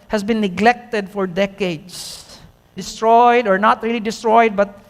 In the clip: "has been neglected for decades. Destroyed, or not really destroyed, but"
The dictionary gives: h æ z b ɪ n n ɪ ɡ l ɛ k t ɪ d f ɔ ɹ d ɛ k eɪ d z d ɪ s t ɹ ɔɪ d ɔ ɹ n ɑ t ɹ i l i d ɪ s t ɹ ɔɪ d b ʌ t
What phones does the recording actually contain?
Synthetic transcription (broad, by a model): h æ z b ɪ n n ɪ ɡ l ɛ k t ɪ d f ɔ ɹ d ɛ k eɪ d s d ɪ s t ɹ ɔɪ d ɔ ɹ n ɑ t ɹ i l i d ɪ s t ɹ ɔɪ d b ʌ t